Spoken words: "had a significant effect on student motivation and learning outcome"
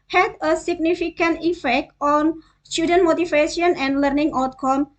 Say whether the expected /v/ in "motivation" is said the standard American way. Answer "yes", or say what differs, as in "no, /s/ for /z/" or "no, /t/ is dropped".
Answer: no, /f/ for /v/